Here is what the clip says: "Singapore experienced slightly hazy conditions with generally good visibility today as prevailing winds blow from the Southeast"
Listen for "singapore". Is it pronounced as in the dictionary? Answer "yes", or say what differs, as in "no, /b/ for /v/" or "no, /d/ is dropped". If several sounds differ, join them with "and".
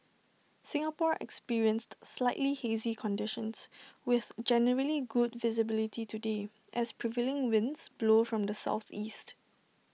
yes